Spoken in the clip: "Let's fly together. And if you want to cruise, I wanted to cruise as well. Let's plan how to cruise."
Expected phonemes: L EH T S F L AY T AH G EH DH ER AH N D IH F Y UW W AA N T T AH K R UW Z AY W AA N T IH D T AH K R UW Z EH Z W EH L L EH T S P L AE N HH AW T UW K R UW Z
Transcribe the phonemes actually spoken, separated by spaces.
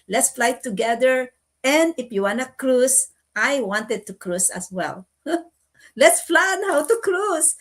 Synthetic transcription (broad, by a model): L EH T S F L AY T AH G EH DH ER AH N D IH F Y UW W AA N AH K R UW S AY W AA N T IH D T AH K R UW S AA S W EH L L EH T S F L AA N HH AW T UW K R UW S